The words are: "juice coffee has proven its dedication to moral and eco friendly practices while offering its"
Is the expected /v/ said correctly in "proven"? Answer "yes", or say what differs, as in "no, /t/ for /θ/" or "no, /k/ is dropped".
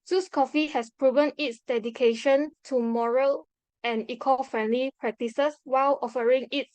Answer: yes